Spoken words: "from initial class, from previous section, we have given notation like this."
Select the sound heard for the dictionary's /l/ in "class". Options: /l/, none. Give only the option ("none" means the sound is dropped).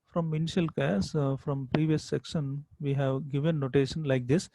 none